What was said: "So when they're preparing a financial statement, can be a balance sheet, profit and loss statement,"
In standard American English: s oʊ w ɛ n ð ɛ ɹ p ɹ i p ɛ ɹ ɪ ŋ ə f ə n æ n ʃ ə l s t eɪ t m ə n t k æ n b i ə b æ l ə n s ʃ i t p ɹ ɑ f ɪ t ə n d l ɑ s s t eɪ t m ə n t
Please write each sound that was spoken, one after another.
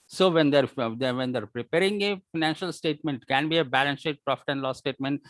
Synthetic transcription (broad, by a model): s oʊ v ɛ n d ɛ ɹ p ɹ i p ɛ ɹ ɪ ŋ ə f ə n æ n ʃ ə l s t eɪ t m ə n t k æ n b i ə b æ l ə n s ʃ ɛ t p ɹ ɑ f ɪ t ə n d l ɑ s s t eɪ t m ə n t